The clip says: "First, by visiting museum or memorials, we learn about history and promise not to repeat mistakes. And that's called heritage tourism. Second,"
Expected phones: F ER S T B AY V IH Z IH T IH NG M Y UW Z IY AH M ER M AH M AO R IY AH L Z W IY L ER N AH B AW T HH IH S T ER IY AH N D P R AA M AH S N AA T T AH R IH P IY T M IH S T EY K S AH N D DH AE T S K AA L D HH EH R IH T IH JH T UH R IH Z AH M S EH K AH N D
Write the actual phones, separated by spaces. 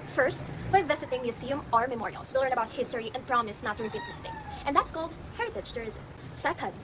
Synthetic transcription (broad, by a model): F ER S T B AY V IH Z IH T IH NG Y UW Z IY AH M ER M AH M AO R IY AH L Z W IY L ER N AH B AW T HH IH S T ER IY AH N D P R AA M AH S N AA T T AH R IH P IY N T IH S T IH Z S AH N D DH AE T S K AA L D HH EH R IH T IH CH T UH R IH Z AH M S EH K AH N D